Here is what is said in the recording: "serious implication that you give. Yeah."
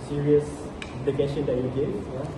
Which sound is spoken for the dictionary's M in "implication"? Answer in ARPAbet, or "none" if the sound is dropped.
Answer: none